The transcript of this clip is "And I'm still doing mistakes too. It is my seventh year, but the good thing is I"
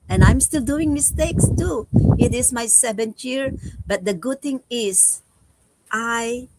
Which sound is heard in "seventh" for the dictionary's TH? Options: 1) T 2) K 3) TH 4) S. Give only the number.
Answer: 1